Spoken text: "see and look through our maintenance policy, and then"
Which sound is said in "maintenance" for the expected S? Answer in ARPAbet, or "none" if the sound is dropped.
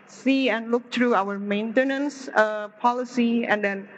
S